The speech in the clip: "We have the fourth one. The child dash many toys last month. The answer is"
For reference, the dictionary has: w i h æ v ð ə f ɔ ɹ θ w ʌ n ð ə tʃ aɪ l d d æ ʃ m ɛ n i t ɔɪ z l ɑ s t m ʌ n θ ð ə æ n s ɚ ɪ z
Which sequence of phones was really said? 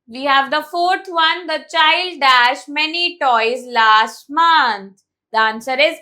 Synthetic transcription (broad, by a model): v i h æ v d ə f ɔ ɹ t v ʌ n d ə tʃ aɪ l d d æ ʃ m ɛ n i t ɔɪ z l ɑ s t m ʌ n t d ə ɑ n s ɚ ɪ z